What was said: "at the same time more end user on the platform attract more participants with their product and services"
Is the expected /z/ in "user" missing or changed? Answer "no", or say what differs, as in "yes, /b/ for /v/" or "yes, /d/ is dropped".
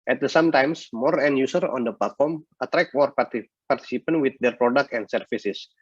yes, /s/ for /z/